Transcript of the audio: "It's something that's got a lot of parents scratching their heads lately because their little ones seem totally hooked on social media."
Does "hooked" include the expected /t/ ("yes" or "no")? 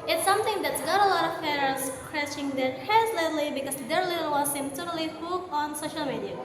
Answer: no